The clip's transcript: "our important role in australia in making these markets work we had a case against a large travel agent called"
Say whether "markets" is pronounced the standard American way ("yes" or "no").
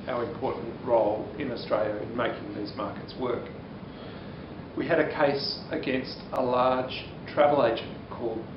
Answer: yes